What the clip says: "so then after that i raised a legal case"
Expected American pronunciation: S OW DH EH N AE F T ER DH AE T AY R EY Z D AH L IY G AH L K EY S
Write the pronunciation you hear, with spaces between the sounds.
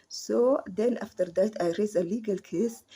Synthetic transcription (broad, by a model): S OW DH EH N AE F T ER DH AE T AY R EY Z AH L IY G AH L K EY S